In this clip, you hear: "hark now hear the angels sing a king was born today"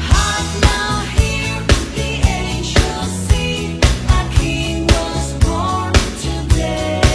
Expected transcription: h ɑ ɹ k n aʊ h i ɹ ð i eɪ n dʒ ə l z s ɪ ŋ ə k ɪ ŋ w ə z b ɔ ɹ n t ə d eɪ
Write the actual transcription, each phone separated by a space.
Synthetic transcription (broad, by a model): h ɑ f n aʊ h i ɹ ð i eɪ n ʃ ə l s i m ə k ɪ ŋ w ə z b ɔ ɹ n t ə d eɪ